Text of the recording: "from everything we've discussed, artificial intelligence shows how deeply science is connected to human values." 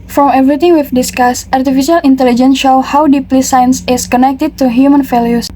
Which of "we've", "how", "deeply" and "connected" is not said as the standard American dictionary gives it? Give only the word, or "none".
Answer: we've